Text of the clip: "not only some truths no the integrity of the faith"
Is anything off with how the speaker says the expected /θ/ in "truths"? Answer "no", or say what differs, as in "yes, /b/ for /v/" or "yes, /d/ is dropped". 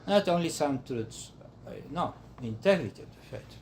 yes, /t/ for /θ/